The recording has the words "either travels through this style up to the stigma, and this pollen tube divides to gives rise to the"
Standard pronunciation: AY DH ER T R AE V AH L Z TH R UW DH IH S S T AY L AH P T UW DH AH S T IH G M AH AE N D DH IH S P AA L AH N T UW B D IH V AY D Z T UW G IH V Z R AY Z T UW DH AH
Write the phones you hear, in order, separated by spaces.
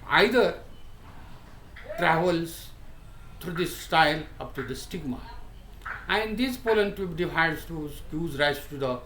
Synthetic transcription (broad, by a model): AY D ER T R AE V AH L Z T R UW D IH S S T AY L AH P T UW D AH S T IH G M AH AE N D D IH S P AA L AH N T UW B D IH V AY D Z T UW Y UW Z R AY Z T UW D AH